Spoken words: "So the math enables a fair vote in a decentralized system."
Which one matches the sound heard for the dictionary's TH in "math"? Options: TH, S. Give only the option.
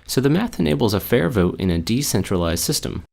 TH